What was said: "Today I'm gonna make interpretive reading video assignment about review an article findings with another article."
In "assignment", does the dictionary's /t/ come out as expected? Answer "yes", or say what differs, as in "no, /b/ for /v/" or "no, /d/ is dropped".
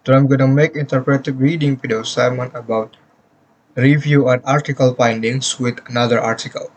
no, /t/ is dropped